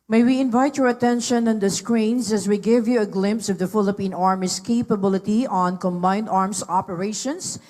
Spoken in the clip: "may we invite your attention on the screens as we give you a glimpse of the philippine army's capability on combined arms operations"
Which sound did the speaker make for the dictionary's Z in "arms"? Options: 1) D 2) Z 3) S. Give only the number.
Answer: 3